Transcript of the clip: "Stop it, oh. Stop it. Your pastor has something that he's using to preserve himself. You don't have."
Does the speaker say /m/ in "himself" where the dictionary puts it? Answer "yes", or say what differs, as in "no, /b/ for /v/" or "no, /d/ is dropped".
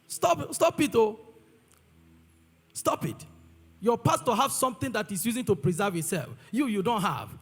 no, /m/ is dropped